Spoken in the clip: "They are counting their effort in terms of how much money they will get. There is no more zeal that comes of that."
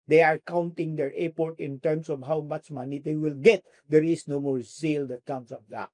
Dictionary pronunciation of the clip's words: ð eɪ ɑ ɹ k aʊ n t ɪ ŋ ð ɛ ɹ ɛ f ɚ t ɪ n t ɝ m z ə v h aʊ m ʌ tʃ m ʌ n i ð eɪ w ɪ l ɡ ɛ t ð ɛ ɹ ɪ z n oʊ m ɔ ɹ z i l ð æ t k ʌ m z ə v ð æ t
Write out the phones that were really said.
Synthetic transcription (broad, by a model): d eɪ ɑ ɹ k aʊ n t ɪ ŋ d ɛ ɹ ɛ p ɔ t ɪ n t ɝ m s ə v h aʊ m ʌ tʃ m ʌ n i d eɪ w ɪ l ɡ ɛ t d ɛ ɹ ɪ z n oʊ m ɔ ɹ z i l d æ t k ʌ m s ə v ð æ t